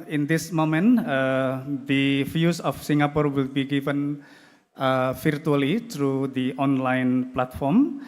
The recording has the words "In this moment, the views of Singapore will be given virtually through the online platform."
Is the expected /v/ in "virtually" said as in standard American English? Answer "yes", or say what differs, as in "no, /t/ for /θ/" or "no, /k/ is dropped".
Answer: no, /f/ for /v/